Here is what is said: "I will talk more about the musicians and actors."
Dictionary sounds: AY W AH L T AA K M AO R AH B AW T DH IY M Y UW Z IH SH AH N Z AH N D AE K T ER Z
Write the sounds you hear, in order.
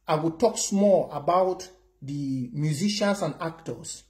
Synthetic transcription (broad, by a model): AY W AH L T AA K M AO L AH B AW T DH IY M Y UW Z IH SH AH N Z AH N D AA K T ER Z